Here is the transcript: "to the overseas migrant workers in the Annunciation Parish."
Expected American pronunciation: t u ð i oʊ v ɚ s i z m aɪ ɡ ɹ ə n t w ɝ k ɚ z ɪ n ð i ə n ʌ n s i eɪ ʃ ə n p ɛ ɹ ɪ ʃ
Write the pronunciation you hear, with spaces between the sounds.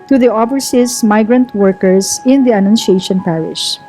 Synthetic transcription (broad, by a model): t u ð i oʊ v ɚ s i s m aɪ ɡ ɹ ə n t w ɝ k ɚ s ɪ n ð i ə n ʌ n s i eɪ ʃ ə n p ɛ ɹ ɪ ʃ